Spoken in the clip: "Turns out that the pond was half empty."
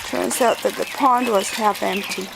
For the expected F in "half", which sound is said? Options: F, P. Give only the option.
F